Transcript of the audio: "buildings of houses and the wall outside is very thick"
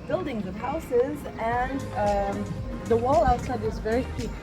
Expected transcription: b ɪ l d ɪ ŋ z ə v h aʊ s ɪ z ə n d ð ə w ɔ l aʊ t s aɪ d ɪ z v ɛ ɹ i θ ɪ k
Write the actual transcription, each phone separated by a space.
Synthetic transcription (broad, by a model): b ɪ l d ɪ ŋ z ə v h aʊ s ɪ z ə n ð ə w ɔ l aʊ t s aɪ d ɪ z v ɛ ɹ i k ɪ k